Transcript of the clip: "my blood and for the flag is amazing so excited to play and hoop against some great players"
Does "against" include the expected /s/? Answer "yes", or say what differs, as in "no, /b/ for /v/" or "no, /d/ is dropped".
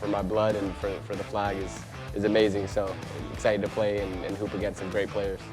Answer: no, /s/ is dropped